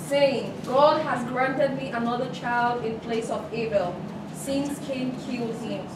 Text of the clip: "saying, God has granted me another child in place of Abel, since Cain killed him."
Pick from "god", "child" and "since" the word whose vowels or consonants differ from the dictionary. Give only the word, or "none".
none